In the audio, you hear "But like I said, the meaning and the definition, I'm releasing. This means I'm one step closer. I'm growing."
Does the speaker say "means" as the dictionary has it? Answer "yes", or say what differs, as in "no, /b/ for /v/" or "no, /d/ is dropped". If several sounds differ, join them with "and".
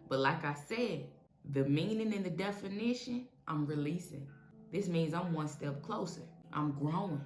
yes